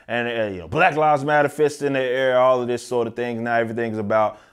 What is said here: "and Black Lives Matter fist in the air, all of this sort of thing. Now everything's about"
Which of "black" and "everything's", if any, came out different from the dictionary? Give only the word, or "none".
none